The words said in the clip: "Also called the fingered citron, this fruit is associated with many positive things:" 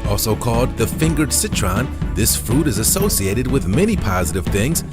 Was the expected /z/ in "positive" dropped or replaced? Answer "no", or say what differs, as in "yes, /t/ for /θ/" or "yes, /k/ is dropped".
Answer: no